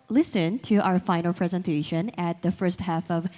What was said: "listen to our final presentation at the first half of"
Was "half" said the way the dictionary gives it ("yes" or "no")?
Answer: yes